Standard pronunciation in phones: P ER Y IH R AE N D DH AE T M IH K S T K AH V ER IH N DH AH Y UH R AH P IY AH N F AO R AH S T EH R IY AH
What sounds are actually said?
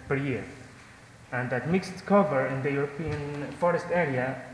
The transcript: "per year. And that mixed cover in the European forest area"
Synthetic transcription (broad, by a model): P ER Y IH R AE N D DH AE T M IH K S T K AH V ER IH N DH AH Y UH R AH P IY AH N F AO R AH S T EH R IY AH